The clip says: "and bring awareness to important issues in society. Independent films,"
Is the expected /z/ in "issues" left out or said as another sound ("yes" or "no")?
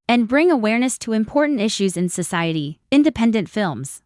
no